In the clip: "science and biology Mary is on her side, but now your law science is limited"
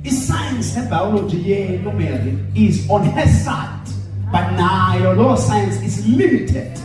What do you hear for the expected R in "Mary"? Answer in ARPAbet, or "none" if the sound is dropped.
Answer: L